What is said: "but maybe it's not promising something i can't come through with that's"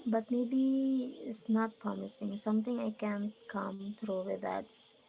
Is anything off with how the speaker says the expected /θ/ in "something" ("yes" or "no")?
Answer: yes